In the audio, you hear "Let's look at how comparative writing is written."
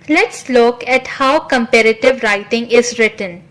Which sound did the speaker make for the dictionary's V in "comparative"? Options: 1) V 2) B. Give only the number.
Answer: 1